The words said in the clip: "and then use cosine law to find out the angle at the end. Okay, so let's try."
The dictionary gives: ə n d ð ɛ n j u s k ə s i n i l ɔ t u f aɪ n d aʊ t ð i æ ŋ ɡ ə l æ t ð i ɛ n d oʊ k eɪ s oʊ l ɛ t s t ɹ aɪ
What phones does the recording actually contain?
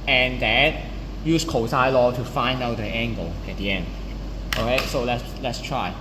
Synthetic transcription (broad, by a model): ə n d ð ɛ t j u s k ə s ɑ i l ɔ t u f aɪ n d aʊ t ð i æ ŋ ɡ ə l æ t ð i ɛ n d oʊ k eɪ s oʊ l ɛ t s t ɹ aɪ